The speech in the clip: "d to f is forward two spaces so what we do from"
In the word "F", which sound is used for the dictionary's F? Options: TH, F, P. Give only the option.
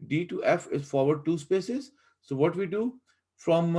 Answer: F